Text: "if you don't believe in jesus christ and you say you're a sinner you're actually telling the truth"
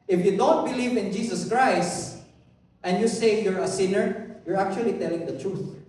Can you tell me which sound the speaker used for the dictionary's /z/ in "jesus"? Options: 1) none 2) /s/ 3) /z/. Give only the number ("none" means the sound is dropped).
2